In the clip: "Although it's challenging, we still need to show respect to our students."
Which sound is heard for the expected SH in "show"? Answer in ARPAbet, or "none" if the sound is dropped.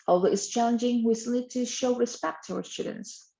SH